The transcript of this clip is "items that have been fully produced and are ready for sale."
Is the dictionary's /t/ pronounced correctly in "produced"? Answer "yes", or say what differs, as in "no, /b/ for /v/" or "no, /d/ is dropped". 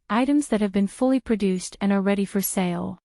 yes